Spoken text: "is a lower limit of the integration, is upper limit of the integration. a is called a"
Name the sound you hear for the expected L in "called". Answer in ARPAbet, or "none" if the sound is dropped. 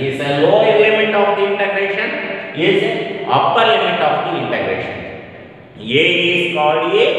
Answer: none